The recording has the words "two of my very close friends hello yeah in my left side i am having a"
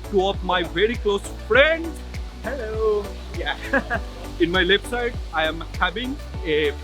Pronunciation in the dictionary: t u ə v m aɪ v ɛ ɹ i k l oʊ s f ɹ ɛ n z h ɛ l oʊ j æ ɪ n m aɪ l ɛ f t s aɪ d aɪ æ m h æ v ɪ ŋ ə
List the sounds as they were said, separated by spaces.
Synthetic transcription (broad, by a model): t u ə p m aɪ v ɛ ɹ i k l oʊ s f ɹ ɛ n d h ɛ l oʊ j æ ɪ n m aɪ l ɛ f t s aɪ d aɪ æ m h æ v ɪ ŋ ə